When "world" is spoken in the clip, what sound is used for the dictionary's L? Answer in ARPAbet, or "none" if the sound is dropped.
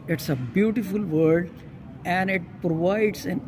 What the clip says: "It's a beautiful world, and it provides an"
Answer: none